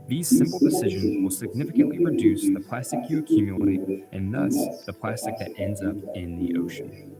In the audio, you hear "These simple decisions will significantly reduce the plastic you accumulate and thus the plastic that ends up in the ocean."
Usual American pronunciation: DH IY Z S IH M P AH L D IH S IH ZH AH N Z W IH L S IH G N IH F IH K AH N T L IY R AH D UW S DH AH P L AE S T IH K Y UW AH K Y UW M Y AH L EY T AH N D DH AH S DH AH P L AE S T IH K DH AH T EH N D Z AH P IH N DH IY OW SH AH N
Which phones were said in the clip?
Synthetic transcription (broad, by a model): DH IY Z S IH M P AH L D IH S IH ZH AH N Z W IH L S IH G N IH F IH K AH N T L IY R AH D UW S DH AH P L AE S T IH K Y UW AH K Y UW M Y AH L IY T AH N DH AH S DH AH P L AE S T IH K DH AH T EH N D Z AH P IH N DH IY OW SH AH N